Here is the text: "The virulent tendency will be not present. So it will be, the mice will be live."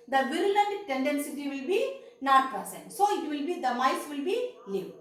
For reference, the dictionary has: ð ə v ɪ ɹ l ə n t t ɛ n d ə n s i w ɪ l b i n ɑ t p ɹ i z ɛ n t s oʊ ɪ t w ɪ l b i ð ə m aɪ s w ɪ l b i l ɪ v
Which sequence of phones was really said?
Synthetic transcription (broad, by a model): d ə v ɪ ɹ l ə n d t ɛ n d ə n s i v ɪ l b i n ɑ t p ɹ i s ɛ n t s oʊ ɪ t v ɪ l b i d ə m aɪ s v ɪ l b i l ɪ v